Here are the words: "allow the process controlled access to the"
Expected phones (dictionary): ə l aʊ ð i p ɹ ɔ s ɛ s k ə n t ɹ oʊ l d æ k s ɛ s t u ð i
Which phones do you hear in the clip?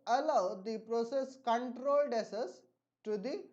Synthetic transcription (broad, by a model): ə l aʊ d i p ɹ ɔ s ɛ s k ə n t ɹ oʊ l d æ s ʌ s t u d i